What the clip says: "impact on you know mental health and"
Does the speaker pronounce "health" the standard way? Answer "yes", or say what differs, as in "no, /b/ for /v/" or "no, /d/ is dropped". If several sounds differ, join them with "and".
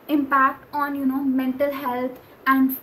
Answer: no, /t/ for /θ/